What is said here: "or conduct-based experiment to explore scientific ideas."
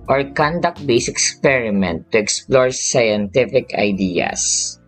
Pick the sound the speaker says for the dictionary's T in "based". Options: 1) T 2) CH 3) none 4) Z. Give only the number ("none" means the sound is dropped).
3